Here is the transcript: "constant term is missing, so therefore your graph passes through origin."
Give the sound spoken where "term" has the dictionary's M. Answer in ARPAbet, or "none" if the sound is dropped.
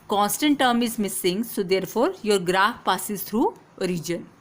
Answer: M